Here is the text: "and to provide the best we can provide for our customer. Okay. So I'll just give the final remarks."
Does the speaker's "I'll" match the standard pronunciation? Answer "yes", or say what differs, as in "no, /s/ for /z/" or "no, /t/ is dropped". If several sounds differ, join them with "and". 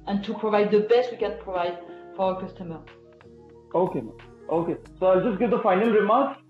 yes